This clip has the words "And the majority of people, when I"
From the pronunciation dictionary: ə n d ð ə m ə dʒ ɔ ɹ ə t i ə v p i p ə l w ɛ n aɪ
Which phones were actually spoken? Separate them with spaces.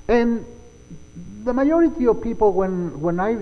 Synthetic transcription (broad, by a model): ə n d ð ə m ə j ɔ ɹ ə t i ə v p i p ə n w ɛ n aɪ